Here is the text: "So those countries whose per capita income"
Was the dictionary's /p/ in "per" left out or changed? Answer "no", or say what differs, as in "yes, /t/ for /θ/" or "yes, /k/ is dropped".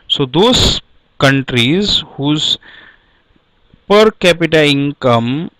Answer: no